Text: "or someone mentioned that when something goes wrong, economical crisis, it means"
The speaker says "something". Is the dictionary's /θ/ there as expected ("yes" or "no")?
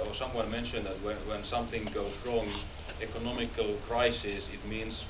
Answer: yes